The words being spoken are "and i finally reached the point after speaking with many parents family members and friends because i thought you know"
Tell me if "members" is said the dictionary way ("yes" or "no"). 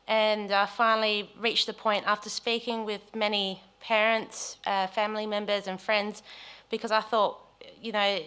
yes